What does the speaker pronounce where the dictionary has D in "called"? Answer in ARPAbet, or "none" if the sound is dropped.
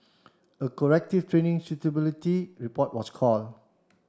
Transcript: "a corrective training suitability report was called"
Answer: none